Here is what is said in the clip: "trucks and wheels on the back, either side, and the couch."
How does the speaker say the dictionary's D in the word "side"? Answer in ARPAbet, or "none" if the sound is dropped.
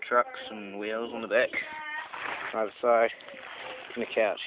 none